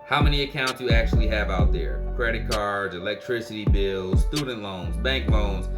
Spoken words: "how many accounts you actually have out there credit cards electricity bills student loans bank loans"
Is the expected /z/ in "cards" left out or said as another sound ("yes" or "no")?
no